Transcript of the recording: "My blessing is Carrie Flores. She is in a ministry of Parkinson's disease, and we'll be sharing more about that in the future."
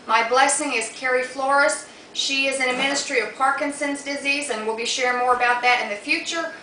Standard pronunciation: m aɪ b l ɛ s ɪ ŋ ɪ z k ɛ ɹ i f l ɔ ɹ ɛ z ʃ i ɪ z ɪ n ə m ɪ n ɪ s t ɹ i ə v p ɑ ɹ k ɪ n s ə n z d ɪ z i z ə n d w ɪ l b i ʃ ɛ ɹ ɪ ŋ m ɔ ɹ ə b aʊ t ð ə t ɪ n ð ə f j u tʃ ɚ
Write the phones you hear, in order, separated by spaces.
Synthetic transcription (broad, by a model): m aɪ b l ɛ s ɪ ŋ ɪ z k ɛ ɹ i f l ɔ ɹ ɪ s ʃ i ɪ z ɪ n ə m ɪ n ɪ s t ɹ i ə v p ɑ ɹ k ɪ n s ə n z d ɪ z i z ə n w ɪ l b i ʃ ɛ ɹ ɪ ŋ m ɔ ɹ ə b aʊ t ð ə t ɪ n ð ə f j u tʃ ɚ